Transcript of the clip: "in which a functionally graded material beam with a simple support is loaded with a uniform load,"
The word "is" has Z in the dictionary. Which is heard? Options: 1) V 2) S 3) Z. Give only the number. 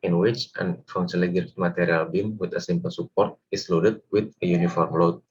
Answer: 2